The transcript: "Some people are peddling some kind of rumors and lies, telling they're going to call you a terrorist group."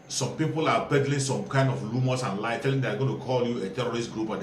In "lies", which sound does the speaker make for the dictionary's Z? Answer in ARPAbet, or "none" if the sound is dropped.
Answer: none